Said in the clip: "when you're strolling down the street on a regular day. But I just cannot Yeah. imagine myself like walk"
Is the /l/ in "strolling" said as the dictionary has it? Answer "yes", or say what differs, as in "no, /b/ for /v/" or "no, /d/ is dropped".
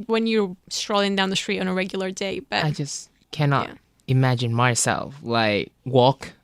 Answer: yes